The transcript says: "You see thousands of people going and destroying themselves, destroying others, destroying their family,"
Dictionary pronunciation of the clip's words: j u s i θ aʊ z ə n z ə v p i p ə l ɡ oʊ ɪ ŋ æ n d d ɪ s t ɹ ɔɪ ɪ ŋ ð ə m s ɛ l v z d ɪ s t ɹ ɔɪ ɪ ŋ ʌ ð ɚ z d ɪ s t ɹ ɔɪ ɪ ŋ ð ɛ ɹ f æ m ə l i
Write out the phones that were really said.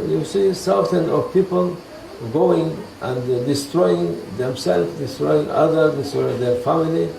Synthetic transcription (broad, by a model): j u s i s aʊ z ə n ə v p i p ə l ɡ oʊ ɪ ŋ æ n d d ɪ s t ɹ ɔɪ ɪ ŋ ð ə m s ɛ l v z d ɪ s t ɹ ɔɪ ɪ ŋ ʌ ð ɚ d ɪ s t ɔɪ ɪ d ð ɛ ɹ f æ m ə l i